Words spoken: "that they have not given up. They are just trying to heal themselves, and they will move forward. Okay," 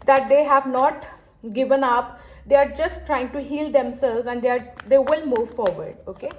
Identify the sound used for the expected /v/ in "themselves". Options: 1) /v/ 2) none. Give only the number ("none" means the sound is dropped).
2